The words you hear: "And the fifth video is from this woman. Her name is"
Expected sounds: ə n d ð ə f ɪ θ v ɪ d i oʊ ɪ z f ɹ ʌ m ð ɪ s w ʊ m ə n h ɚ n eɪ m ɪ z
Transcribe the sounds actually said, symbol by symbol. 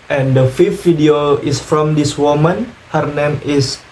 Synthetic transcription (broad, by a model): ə n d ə f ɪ f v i d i oʊ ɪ s f ɹ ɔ m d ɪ s w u m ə n h ɚ n eɪ m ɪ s